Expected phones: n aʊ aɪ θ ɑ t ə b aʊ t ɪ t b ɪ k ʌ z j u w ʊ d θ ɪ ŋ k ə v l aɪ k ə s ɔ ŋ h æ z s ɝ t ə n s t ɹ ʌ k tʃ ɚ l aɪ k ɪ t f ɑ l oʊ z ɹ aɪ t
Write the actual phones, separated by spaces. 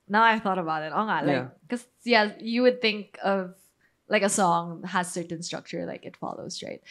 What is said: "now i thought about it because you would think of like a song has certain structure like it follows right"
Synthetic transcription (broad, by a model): n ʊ aɪ θ ɑ t ə b aʊ t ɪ t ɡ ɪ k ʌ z j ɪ w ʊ d θ ɪ ŋ k ə v l aɪ k ə s ɔ ŋ h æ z s ɝ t n s t ɹ ʌ k tʃ ɚ l aɪ k ɪ t f ɑ l oʊ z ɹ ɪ t